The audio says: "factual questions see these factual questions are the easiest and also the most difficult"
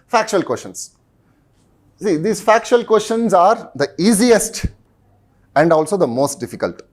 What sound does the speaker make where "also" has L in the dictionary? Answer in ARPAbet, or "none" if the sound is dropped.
L